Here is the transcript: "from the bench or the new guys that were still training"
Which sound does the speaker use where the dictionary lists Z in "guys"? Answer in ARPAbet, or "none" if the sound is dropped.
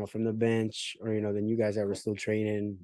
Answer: Z